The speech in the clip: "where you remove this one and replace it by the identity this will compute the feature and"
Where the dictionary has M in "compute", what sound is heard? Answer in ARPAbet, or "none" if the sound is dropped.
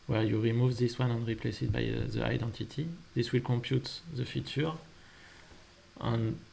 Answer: M